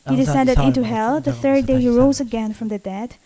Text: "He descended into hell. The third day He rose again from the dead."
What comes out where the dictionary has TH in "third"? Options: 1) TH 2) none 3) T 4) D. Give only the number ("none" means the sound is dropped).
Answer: 1